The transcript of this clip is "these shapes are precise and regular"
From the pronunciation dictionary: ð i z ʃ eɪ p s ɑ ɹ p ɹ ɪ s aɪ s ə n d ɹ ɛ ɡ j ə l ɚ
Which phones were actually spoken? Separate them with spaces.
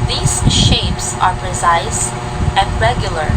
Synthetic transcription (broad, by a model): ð i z ʃ eɪ p s ɑ ɹ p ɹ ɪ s aɪ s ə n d ɹ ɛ ɡ j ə l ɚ